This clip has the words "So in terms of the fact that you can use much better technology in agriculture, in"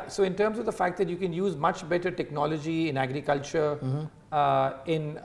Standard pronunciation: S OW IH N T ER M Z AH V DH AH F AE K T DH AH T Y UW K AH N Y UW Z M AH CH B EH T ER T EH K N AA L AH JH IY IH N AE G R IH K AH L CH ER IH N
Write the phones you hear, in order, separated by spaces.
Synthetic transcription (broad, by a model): S OW IH N T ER M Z AH V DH AH F AE K T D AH T Y UW K AH N Y UW Z M AH CH B EH T ER T EH K N AA L AH JH IY IH N AE G R IH K AH L CH ER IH N